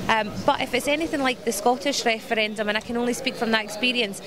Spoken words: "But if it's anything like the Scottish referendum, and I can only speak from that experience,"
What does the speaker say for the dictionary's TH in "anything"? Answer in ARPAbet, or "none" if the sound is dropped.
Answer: TH